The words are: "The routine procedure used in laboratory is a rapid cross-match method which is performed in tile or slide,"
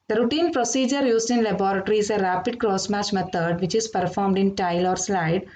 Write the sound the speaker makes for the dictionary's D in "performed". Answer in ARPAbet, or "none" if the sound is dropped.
D